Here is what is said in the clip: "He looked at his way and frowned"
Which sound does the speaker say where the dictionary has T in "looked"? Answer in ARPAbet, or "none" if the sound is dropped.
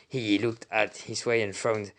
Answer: T